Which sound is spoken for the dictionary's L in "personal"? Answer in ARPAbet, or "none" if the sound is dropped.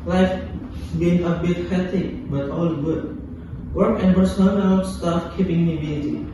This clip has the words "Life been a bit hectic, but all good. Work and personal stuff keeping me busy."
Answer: N